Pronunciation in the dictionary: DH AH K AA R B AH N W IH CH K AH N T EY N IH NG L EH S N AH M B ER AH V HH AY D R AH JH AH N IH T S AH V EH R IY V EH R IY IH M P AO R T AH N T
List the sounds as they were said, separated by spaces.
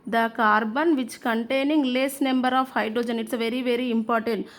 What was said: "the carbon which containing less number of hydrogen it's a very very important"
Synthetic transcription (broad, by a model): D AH K AA R B AH N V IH CH K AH N T EY N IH NG L EH S N AH M B ER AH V HH AY D R AH JH AH N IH T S V EH R IY V EH R IY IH M P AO R T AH N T